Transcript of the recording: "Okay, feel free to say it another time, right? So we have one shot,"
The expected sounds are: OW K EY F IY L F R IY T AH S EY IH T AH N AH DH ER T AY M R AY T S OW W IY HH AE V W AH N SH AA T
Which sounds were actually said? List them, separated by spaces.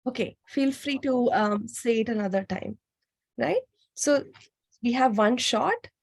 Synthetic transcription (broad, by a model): OW K EY F IY L F R IY T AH S EY IH T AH N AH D ER T AY M R AY T S OW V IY HH AE V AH N SH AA T